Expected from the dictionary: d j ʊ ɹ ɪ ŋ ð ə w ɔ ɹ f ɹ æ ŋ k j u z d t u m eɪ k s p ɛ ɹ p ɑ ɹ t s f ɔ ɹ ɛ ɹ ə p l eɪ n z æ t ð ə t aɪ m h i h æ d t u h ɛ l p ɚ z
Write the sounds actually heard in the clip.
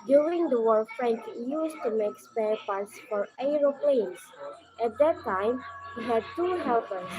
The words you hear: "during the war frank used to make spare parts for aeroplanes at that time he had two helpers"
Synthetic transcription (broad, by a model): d j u ɹ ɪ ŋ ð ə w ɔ l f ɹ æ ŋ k j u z t u m eɪ k s p ɛ ɹ p ɑ ɹ t s f ɔ ɹ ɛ ɹ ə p l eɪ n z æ t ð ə t aɪ m h i h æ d t u h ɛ l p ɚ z